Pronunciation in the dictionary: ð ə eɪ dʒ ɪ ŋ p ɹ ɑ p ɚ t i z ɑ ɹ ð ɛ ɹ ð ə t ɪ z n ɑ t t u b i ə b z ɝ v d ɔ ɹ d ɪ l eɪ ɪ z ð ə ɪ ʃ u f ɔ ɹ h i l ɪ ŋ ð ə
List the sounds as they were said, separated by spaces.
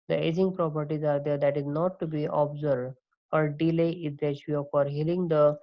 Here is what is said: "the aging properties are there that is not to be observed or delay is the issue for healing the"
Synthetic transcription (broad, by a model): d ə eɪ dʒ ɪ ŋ p ɹ ɑ p ɚ t i z ɑ ɹ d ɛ ɹ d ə t ɪ z n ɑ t t u b i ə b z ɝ d ɔ ɹ d ɪ l eɪ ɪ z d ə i u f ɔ ɹ h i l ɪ ŋ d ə